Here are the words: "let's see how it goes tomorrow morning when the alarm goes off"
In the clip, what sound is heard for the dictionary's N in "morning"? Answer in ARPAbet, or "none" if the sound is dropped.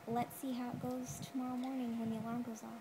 N